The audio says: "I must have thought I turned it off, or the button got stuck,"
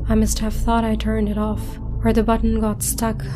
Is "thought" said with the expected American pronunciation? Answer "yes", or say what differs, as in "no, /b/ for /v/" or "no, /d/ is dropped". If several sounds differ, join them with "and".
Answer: yes